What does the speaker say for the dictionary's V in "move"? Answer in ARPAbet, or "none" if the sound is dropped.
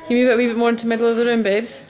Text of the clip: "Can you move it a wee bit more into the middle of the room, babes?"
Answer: V